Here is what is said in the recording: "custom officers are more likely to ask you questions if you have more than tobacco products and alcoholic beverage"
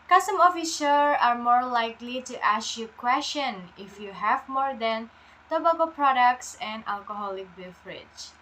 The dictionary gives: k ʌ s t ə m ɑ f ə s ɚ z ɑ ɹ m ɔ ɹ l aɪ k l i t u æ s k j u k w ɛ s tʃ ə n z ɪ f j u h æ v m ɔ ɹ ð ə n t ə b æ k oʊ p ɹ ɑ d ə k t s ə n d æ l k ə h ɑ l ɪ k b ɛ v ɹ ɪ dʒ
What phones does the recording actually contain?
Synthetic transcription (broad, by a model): k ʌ s t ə m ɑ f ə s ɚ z ɑ ɹ m ɔ ɹ l aɪ k l i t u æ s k j u k w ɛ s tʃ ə n ɪ f j u h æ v m ɔ ɹ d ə n t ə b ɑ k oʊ p ɹ ɑ d ə k t s ə n d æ l k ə h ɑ l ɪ k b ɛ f ɹ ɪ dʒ